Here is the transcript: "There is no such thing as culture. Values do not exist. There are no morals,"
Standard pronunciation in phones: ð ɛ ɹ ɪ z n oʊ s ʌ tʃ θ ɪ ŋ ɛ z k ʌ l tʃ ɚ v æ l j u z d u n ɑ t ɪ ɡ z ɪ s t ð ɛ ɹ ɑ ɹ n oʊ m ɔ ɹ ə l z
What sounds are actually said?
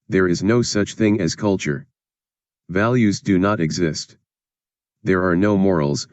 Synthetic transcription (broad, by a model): ð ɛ ɹ ɪ z n oʊ s ʌ tʃ θ ɪ ŋ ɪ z k ʌ l tʃ ɚ v æ l j u z d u n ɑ t ɪ ɡ z ɪ s t ð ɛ ɹ ɑ ɹ n oʊ m ɔ ɹ l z